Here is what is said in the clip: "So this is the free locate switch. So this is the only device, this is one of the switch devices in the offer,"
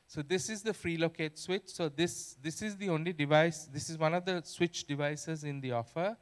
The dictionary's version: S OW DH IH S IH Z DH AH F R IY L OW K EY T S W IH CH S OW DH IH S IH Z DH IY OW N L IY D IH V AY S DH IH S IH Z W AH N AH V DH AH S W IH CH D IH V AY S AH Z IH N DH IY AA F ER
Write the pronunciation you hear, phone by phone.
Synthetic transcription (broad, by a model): S OW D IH S IH Z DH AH F R IY L OW K EY T S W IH CH S OW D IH S IH Z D IY OW N L IY D IH V AY S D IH S IH Z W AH N AH V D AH S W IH CH D IH V AY S AH Z IH N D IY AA F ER